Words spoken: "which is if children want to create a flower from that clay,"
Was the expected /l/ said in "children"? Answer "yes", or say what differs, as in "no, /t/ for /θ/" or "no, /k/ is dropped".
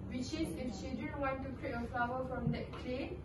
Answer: no, /l/ is dropped